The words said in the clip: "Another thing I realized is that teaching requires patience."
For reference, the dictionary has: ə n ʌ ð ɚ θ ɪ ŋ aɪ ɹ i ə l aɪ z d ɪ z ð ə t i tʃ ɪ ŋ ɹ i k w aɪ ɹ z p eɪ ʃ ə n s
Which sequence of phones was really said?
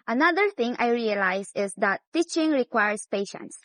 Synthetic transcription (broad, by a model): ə n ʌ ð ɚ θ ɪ ŋ aɪ ɹ i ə l aɪ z ɪ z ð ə t i tʃ ɪ ŋ ɹ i k w aɪ ɹ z p eɪ ʃ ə n s